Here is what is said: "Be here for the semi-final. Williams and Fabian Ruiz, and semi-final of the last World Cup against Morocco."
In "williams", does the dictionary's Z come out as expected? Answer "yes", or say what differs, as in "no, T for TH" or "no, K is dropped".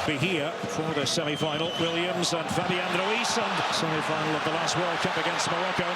yes